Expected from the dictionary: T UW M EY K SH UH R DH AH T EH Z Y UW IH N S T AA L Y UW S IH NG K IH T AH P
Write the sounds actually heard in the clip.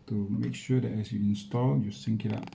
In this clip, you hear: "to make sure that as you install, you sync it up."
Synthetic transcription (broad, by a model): T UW M EY K SH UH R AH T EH S Y UW IH N S T AA L Y UW S IH NG K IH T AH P